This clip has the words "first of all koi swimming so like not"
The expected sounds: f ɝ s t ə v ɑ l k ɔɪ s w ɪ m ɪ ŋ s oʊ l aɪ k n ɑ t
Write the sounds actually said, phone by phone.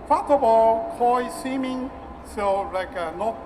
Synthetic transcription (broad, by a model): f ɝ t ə b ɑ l k ɔɪ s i m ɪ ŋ s oʊ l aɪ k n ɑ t